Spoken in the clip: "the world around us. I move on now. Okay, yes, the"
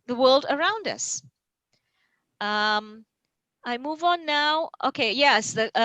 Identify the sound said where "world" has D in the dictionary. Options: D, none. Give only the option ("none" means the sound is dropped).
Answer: D